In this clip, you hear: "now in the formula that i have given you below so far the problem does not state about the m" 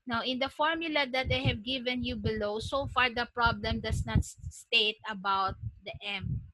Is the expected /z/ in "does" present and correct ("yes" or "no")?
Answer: no